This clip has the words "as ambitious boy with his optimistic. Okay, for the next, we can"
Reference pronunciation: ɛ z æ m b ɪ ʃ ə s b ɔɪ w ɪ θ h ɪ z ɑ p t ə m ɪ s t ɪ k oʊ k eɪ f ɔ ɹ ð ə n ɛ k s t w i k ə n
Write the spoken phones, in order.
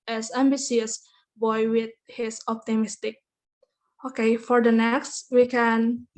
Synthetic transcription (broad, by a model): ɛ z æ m b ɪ s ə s b ɔɪ w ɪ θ h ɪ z ɑ p t ə m ɪ s t ɪ k oʊ k eɪ f ɔ ɹ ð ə n ɛ k s t w i k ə n